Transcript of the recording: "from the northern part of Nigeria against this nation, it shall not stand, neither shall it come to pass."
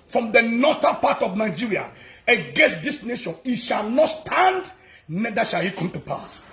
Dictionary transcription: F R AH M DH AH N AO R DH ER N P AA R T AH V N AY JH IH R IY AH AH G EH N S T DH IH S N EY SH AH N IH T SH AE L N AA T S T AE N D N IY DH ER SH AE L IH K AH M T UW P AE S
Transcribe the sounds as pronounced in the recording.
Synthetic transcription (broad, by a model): F R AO M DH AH N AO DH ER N P AA T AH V N AY JH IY R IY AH AH G EH N S T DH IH S N EY SH AH N IH T SH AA L N AA T S T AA N D N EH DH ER SH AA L IH K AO M T UW P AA S